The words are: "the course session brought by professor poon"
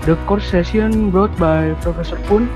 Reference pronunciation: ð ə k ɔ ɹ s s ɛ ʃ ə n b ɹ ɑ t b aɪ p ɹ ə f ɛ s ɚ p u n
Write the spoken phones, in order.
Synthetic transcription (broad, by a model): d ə k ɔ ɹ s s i ə n b ɹ ɑ t b aɪ p ɹ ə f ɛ s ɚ p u n